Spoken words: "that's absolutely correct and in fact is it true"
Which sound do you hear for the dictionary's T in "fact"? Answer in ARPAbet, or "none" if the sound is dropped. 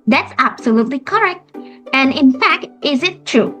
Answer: T